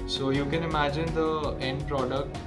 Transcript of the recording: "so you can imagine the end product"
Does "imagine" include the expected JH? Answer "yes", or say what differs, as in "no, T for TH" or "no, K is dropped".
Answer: yes